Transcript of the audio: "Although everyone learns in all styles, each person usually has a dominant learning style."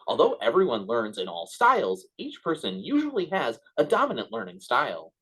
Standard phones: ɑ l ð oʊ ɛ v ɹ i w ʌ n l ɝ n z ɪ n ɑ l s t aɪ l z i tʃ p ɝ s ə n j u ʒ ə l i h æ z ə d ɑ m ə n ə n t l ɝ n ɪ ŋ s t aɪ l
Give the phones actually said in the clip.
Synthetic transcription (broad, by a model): ɑ l ð oʊ ɛ v ɹ i w ʌ n l ɝ n z ɪ n ɑ l s t aɪ l z i tʃ p ɝ s ə n j u ʒ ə l i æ z ə d ɑ m ə n ə n t l ɝ n ɪ ŋ s t aɪ l